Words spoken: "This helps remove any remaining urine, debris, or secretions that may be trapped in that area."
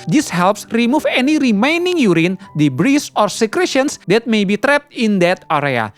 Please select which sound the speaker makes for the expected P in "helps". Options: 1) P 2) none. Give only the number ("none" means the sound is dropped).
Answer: 1